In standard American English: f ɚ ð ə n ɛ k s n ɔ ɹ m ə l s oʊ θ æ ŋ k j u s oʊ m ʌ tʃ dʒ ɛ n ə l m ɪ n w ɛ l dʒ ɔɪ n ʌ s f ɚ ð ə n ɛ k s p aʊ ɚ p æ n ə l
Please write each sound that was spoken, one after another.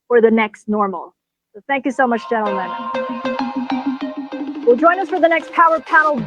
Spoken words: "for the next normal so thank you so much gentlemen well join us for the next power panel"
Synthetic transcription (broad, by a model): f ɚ ð ə n ɛ k s n ɔ ɹ m l s oʊ θ æ ŋ k j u s oʊ m ʌ tʃ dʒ ɛ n l m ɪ n w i l dʒ ɔɪ n ʌ s f ɚ ð ə n ɛ k s p aʊ ɚ p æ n l